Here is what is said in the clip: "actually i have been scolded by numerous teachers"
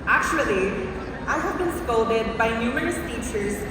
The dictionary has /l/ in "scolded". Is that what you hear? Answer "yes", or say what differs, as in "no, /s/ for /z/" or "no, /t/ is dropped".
no, /l/ is dropped